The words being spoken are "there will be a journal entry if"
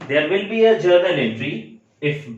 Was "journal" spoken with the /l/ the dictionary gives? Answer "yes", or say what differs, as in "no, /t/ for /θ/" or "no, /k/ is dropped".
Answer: no, /n/ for /l/